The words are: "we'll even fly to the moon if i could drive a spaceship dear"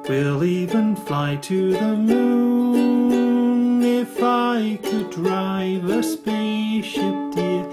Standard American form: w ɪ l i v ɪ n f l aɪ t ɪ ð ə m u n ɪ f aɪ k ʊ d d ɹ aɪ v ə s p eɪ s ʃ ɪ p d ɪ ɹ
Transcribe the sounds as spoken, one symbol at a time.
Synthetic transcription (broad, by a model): w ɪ l i v ɪ n f l aɪ t ɪ ð ə m u n ɪ f aɪ k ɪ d d ɹ aɪ v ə s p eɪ ʃ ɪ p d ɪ